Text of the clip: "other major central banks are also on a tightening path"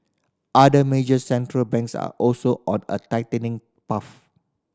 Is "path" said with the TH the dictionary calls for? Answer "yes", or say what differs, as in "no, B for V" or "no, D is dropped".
no, F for TH